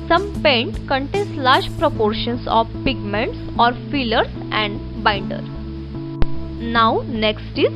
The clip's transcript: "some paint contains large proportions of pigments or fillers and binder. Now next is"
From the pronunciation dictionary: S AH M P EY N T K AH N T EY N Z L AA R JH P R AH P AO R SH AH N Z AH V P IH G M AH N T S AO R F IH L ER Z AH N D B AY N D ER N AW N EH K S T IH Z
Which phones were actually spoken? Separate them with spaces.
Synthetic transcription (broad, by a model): S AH M P EY N T K AH N T EY N S L AA R JH P R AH P AO R SH AH N S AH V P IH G M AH N T S AO R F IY L ER S AH N D B AY N D ER N AW N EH K S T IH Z